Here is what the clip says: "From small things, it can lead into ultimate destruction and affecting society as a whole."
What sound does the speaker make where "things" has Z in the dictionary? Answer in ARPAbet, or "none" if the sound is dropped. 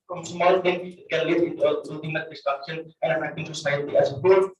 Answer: none